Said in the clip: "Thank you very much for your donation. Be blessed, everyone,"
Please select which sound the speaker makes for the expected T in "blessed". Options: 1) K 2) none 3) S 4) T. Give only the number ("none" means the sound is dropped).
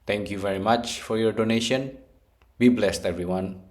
4